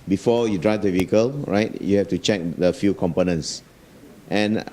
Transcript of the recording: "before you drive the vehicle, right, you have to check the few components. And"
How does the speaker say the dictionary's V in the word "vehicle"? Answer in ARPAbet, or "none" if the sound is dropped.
V